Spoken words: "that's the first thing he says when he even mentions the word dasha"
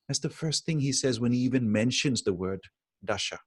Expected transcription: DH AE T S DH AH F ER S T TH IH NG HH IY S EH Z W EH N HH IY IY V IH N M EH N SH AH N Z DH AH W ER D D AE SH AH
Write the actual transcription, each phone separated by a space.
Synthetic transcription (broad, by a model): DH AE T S DH AH F ER S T TH IH NG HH IY S EH Z W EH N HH IY IY V IH N M EH N SH AH N Z DH AH W ER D D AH SH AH